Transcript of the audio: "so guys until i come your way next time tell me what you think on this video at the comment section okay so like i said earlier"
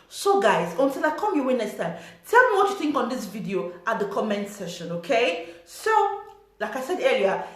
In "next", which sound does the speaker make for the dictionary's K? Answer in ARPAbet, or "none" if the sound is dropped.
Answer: none